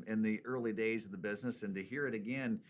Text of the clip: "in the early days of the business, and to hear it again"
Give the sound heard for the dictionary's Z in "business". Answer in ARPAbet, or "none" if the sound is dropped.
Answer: Z